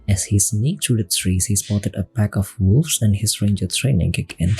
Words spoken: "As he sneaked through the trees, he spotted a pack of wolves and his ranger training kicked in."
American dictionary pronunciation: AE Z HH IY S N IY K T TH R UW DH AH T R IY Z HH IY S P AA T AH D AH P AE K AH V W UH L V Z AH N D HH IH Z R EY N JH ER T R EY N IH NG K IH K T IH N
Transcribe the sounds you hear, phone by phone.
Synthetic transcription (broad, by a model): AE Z HH IY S N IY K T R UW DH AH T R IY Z HH IY S P AA T AH D AH P AE K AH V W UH L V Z AH N D HH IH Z R EY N JH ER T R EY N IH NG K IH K IH N